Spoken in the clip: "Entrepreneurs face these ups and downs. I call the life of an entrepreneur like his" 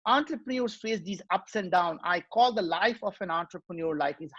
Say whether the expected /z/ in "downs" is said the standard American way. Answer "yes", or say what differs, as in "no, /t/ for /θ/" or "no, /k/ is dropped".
no, /z/ is dropped